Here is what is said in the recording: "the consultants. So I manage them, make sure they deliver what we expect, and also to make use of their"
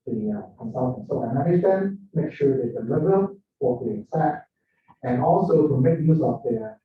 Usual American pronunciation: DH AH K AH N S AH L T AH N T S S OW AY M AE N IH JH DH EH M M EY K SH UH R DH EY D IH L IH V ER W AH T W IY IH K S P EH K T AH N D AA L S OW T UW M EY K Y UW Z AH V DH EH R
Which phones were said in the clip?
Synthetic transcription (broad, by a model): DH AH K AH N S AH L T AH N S S OW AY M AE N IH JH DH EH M M EY K SH UH R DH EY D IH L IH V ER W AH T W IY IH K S EH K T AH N AA L S OW T UW M EY K Y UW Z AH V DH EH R